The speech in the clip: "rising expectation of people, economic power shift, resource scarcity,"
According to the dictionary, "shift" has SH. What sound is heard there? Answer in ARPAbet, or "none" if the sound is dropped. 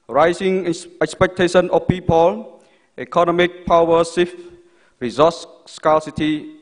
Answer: S